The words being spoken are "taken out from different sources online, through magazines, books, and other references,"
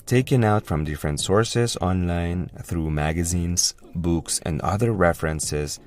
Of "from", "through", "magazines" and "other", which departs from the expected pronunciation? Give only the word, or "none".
none